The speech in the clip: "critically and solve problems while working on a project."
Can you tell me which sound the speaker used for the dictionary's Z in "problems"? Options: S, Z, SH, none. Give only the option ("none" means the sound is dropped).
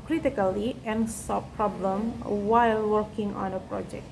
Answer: none